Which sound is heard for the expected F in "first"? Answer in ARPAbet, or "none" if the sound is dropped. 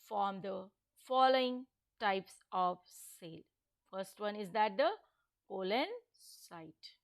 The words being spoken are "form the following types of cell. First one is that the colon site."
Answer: F